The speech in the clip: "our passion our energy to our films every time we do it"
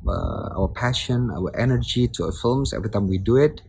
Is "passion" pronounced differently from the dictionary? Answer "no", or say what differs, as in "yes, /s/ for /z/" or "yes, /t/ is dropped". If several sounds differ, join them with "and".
no